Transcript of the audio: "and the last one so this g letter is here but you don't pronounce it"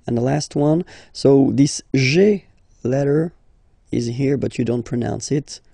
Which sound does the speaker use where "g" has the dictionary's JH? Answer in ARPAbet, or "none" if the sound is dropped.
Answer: ZH